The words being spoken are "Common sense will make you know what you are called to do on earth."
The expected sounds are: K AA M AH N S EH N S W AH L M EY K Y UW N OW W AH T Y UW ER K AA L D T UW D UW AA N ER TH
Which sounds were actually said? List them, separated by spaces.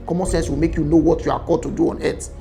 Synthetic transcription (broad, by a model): K AA M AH N S EH N S W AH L M EY K Y UW N OW W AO T Y UW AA K AA D T UW D UW AA N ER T